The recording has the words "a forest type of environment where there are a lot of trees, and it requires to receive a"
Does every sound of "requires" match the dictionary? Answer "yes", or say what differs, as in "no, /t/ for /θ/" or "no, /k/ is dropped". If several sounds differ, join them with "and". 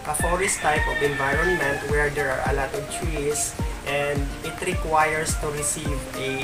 no, /s/ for /z/